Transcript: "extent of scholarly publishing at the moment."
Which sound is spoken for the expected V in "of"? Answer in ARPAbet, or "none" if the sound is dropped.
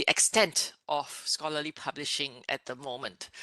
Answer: F